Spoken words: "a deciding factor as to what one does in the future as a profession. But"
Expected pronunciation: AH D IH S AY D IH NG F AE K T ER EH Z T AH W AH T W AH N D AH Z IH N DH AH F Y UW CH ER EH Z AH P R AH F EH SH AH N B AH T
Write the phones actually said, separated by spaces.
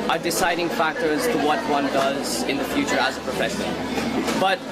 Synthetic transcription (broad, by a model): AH D IH S AY D IH NG F AE K T ER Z T AH W AH T W AH N D AH Z IH N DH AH F Y UW CH ER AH Z AH P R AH F EH S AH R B AH T